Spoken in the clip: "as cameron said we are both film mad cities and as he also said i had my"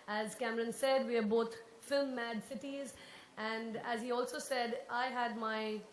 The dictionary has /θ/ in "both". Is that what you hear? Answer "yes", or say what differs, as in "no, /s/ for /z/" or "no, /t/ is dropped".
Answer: no, /t/ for /θ/